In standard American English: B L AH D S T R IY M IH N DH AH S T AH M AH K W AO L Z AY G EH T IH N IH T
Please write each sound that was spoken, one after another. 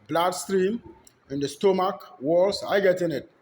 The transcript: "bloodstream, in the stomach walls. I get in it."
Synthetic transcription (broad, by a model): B L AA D S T R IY M IH N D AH S T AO M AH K W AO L S AY G EH T IH N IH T